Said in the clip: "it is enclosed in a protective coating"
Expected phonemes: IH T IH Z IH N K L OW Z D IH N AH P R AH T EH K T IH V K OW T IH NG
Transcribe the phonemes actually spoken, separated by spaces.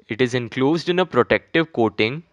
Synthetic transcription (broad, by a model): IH T IH Z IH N K L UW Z D IH N AH P R AH T EH K T IH V K OW T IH NG